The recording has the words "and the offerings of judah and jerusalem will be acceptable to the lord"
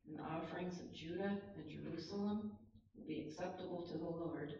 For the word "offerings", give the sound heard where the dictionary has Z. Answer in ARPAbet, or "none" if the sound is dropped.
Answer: Z